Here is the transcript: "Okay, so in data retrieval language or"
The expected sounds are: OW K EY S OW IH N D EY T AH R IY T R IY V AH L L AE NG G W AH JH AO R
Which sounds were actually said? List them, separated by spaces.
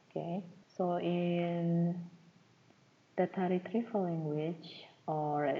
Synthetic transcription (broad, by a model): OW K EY S OW IH N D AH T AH R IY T R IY F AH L L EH NG G W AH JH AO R